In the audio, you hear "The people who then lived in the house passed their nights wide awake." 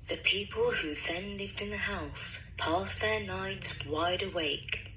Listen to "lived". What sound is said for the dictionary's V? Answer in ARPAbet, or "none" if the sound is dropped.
V